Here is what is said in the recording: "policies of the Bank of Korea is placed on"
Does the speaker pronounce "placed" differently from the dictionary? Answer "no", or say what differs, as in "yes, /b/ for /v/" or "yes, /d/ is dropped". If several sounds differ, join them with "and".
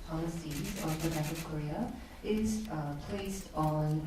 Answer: no